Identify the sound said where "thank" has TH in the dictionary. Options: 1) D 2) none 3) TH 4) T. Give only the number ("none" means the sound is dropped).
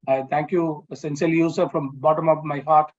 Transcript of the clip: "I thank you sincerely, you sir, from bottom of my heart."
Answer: 4